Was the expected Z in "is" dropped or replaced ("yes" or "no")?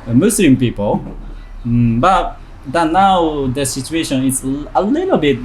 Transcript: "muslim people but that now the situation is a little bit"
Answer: yes